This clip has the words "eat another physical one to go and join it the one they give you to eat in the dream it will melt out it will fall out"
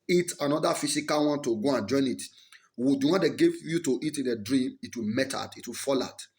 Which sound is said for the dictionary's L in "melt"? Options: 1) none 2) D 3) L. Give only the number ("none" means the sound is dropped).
1